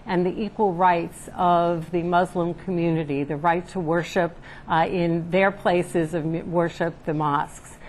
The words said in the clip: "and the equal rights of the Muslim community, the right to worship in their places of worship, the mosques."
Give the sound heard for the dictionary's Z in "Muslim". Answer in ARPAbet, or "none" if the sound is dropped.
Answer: Z